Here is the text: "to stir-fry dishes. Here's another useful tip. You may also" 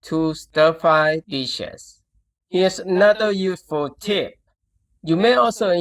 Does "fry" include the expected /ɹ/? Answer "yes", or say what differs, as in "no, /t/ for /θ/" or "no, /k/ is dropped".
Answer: no, /ɹ/ is dropped